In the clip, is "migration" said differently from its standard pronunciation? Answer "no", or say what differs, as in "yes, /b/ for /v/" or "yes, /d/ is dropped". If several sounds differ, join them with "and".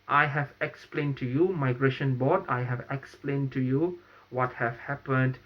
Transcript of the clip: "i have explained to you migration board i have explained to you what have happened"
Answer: no